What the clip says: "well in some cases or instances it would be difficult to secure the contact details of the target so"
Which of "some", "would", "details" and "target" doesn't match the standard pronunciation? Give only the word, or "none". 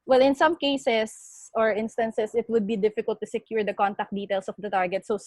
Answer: details